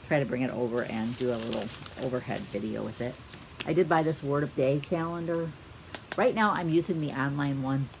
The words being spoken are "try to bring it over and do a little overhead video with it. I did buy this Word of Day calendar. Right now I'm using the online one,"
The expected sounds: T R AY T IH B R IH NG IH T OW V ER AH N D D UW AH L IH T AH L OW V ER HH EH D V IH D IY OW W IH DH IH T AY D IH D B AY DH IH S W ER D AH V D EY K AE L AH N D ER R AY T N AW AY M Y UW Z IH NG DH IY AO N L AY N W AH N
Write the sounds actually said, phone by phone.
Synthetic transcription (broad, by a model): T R AY T IH B R IH NG IH T OW V ER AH N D D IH AH L IH T L OW V ER HH EH D V IH D IY OW W IH DH IH T AY D IH D B AY DH IH S W ER D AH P D EY K AE L AH N D ER R AY T N AW AY M Y UW Z IH NG DH IY AO N L AY N W AH N